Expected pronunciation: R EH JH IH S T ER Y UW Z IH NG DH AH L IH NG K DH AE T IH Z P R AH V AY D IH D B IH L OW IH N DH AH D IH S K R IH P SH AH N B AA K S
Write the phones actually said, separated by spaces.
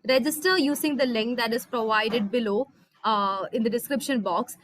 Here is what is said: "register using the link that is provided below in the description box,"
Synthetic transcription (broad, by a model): R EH JH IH S T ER Y UW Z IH NG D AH L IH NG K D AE T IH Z P R AH V AY D IH D B IH L OW IH N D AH D IH S K R IH P SH AH N B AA K S